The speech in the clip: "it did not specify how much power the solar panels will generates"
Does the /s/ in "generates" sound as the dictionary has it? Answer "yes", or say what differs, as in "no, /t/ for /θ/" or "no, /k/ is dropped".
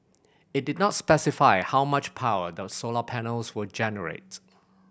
no, /s/ is dropped